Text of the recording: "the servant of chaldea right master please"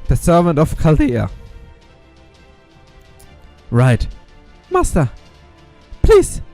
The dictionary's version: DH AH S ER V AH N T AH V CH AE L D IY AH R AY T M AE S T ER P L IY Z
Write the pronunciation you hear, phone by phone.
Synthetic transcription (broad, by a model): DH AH S ER V AH N T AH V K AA L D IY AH R AY T M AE S T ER P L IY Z